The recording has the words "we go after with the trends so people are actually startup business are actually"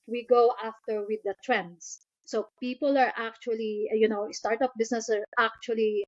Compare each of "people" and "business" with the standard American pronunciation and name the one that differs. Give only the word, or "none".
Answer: business